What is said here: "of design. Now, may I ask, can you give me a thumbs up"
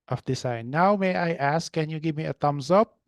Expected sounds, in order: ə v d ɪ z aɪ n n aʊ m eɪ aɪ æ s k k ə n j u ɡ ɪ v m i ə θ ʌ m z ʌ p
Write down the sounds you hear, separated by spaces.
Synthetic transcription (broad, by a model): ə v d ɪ s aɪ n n aʊ m eɪ aɪ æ s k k ə n j u ɡ ɪ v m i ə t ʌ m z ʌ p